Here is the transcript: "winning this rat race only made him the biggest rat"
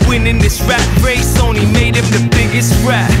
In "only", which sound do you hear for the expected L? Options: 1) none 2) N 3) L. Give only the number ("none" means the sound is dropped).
1